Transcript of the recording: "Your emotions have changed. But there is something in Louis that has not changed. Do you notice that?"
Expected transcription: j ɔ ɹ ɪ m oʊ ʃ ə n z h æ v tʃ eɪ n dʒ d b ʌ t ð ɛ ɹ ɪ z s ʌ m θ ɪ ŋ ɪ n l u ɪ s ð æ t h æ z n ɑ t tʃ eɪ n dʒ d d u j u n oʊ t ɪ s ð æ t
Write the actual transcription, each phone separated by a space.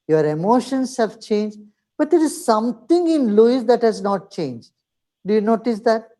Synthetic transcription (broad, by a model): j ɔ ɹ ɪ m oʊ ʃ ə n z h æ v tʃ eɪ n dʒ d b ʌ t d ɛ ɹ ɪ z s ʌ m t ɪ ŋ ɪ n l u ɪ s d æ t h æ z n ɑ t tʃ eɪ n dʒ d d u j u n oʊ t ɪ s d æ t